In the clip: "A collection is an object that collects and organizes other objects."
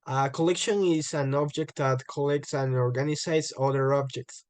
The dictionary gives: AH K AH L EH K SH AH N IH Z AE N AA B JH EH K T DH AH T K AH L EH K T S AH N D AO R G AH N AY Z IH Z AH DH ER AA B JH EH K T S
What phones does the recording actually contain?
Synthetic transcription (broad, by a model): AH K AH L EH K SH AH N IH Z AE N AA B JH EH K T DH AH T K AH L EH K T S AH N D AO R G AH N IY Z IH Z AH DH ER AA B JH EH K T S